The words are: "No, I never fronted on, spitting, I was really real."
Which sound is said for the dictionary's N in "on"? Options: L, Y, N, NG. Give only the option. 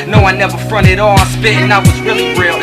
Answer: L